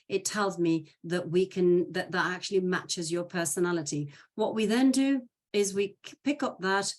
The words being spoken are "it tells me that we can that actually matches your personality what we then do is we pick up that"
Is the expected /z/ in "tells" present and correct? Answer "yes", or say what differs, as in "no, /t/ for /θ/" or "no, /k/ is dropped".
yes